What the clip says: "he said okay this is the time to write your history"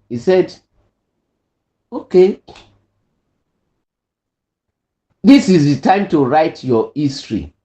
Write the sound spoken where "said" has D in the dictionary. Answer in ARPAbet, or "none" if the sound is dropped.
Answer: D